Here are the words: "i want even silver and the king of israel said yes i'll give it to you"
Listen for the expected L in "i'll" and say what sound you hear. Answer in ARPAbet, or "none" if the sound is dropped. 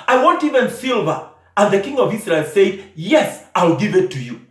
L